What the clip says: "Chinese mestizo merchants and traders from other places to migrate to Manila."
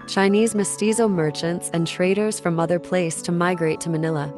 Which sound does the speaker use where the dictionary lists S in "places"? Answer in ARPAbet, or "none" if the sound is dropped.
none